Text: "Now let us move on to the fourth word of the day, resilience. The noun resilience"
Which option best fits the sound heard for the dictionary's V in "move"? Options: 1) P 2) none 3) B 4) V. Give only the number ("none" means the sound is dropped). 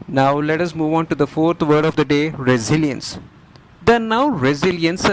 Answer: 4